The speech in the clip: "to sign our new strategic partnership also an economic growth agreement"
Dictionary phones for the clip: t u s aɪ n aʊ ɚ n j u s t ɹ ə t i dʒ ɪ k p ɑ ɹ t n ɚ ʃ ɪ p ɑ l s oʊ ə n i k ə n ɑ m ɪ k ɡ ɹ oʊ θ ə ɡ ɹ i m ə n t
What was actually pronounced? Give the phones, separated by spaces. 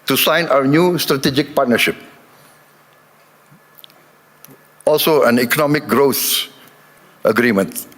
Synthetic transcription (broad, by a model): t u s aɪ n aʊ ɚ n j u s t ɹ ə t i dʒ ɪ k p ɑ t n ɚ ʃ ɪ p ɑ l s oʊ ə n i k ə n ɑ m ɪ k ɡ ɹ oʊ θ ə ɡ ɹ i m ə n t